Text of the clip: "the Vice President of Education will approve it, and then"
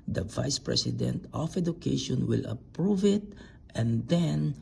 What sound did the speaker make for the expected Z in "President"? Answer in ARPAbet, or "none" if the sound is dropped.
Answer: S